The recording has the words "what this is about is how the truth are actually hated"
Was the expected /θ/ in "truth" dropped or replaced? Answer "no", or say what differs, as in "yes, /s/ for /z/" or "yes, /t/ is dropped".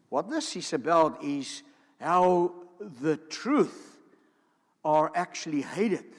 no